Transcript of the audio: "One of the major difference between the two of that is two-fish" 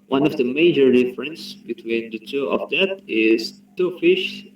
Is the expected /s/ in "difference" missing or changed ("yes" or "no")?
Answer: no